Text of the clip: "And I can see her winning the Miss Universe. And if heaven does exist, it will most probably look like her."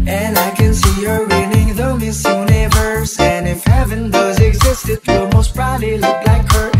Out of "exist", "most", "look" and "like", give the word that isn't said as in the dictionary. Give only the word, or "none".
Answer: none